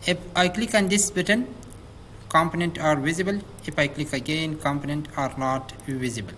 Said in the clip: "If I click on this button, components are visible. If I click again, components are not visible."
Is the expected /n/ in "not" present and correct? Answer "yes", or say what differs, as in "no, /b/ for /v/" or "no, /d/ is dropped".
yes